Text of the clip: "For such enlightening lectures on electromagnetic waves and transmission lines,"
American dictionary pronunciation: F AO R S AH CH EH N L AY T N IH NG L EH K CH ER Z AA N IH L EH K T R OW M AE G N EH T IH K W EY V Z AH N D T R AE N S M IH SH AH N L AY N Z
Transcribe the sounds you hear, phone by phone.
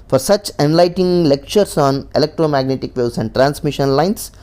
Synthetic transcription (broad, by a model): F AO R S AH CH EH N L AY T IH NG L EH K CH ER S AA N IH L EH K T R OW M AE G N EH T IH K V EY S AH N D T R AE N S M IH SH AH N L AY N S